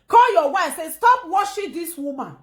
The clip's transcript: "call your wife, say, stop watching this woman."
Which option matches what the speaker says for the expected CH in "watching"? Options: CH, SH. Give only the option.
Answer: SH